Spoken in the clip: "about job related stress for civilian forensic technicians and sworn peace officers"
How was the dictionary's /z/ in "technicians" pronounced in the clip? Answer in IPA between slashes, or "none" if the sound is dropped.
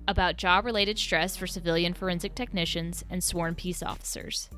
/z/